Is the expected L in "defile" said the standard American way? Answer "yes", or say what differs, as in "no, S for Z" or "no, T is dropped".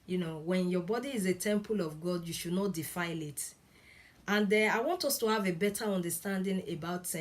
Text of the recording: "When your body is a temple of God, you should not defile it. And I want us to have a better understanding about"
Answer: yes